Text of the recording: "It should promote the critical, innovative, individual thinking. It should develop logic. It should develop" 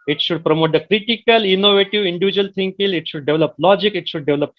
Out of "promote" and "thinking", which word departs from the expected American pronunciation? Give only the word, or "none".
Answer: thinking